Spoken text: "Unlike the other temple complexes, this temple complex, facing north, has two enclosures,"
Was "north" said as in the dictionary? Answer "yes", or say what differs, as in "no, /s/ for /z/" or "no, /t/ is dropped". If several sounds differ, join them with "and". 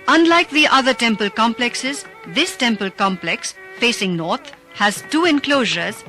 no, /t/ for /θ/